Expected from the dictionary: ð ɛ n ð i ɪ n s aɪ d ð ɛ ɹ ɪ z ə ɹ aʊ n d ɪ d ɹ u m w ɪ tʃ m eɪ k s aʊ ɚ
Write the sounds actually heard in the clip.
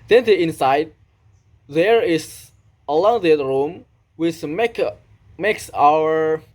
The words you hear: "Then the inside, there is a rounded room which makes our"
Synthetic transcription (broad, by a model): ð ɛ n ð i ɪ n s aɪ d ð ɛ ɹ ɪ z ə l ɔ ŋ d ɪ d ɹ u m w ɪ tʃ m eɪ k s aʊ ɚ